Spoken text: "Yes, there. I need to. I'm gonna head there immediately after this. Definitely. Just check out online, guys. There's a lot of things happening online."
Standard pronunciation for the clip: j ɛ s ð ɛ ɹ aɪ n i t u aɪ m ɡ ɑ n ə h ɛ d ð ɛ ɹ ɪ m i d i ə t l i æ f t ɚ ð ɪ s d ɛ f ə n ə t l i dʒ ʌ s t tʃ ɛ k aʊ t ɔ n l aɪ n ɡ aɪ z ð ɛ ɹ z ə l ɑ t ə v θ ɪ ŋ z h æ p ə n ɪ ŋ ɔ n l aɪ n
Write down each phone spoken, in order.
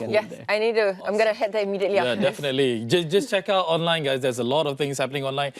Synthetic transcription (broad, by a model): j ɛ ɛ aɪ n i t u aɪ m ɡ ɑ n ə h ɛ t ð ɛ ɪ m i d i ə t l i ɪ d ɛ f ə n ə t l i dʒ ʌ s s tʃ ɛ k aʊ t ɔ n l aɪ n ɡ aɪ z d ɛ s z ə l ɑ t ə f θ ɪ ŋ s h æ p ə n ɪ ŋ ɔ n l aɪ n